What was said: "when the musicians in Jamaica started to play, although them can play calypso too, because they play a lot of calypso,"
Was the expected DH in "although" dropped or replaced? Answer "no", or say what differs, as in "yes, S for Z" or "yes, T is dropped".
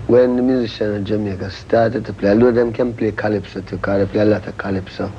yes, DH is dropped